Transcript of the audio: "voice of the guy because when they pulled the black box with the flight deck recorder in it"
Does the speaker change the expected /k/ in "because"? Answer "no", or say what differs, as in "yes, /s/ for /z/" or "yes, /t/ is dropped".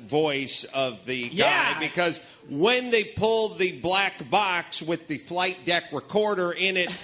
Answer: no